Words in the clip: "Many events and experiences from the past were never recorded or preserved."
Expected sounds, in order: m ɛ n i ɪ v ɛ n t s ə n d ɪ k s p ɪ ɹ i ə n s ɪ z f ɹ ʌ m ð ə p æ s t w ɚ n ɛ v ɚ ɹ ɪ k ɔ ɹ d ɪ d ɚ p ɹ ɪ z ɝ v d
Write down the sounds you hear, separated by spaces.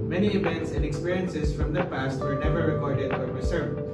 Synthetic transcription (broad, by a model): m ɛ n i ɪ v ɛ n t s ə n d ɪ k s p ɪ ɹ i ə n s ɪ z f ɹ ʌ m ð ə p æ s t w ɚ n ɛ v ɚ ɹ ɪ k ɔ ɹ d ɪ d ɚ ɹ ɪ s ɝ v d